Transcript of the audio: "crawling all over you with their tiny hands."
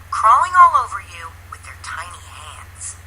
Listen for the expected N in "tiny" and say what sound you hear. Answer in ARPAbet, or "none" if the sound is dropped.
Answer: N